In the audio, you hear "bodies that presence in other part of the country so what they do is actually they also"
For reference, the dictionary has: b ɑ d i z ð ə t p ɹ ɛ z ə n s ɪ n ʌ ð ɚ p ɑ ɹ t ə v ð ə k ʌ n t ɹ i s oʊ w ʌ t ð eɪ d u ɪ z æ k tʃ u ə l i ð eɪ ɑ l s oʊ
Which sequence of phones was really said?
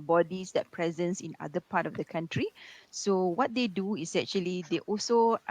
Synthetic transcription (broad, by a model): b ɑ d i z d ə t p ɹ ɛ z ə n s ɪ n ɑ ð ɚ p ɑ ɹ t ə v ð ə k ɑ n t ɹ i s oʊ w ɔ t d eɪ d u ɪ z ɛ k tʃ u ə l i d eɪ ɑ l s oʊ